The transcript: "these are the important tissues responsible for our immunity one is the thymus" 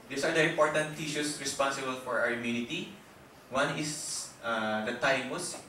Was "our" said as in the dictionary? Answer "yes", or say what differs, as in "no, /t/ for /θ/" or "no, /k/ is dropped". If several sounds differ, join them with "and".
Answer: no, /w/ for /ɹ/